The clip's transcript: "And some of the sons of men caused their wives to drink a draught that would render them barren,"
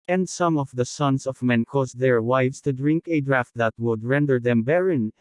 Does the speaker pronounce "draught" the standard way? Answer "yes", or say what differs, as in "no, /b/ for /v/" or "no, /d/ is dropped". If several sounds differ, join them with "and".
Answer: yes